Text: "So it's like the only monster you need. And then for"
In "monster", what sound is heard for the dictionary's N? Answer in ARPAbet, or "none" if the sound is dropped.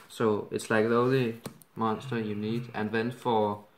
N